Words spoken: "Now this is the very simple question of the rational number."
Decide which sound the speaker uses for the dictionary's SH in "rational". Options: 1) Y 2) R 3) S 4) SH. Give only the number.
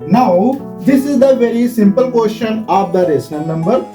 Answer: 3